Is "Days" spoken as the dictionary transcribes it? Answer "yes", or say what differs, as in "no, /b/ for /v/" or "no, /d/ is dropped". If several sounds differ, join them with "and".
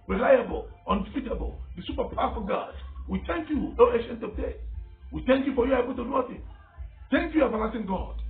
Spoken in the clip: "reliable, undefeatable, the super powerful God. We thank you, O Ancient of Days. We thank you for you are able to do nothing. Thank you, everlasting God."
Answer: no, /z/ is dropped